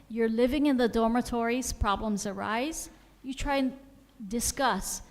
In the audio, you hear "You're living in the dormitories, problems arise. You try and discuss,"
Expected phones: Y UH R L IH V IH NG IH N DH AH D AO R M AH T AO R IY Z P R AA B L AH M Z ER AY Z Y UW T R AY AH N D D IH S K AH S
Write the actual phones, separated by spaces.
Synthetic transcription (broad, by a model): Y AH R L IH V IH NG IH N DH AH D AO R M AH T AO R IY Z P R AA B L AH M Z ER AY Z Y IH T R AY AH N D D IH S K AH S